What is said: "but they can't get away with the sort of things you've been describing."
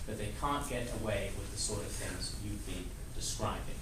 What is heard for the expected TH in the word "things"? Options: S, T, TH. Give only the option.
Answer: TH